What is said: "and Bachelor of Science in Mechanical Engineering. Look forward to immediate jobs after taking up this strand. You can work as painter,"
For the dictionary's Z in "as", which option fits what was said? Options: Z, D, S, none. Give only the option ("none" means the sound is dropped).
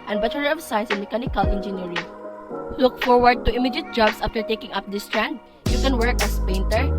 S